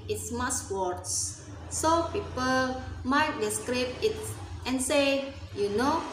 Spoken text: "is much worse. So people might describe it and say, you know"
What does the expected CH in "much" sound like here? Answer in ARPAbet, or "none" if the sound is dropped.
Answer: S